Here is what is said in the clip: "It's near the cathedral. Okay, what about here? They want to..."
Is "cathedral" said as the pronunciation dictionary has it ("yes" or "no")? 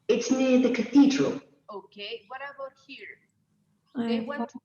yes